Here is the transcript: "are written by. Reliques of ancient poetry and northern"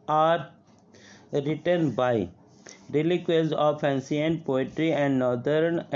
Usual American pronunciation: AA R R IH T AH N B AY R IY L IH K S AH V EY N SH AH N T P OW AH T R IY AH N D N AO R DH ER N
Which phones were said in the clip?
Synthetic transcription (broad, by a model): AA R R IH T AH N B AY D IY L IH K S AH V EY N S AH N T P OW AH T R IY AH N D N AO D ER N